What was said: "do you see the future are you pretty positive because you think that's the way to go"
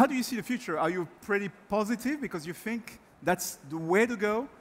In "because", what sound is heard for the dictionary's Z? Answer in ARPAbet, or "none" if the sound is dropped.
Z